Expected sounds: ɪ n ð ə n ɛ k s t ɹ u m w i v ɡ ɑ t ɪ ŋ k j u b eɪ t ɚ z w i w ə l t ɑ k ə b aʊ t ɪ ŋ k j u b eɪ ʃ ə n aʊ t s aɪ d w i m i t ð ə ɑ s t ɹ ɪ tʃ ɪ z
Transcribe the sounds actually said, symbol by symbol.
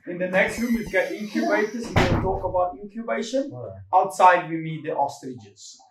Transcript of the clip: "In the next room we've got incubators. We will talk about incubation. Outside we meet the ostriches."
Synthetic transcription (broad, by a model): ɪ n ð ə n ɛ k s t ɹ u m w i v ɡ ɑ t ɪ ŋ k j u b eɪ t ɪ s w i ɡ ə n t ɑ k ə b aʊ t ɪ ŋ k j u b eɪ ʃ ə n aʊ t s aɪ d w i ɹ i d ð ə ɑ s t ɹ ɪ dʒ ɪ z